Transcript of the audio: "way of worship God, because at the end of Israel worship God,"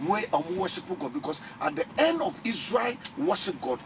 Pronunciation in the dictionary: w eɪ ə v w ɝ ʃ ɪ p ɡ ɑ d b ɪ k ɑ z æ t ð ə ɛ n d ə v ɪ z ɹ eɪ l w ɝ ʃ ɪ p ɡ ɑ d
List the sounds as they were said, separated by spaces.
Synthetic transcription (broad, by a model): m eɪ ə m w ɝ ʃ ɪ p ɡ ɑ d b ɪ k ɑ s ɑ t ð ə ɛ n d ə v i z ɹ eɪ l w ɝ ʃ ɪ p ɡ ɑ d